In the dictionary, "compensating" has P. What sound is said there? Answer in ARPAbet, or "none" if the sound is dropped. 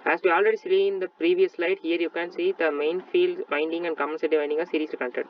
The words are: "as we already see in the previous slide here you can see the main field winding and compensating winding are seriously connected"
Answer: none